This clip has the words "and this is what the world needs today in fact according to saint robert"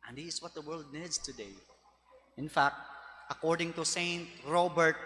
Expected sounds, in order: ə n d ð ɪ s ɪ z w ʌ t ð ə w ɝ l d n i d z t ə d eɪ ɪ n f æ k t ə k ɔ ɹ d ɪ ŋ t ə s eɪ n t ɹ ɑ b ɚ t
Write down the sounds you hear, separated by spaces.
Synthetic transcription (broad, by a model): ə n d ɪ ɪ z w ʌ t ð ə w ɝ l d n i d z t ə d eɪ ɪ n f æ k t ə k ɔ ɹ d ɪ ŋ t ə s eɪ n t ɹ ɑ b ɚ t